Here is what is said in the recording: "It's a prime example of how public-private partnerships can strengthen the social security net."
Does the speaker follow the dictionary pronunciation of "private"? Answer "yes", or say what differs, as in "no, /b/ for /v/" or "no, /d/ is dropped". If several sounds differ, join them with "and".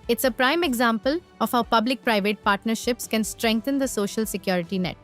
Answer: yes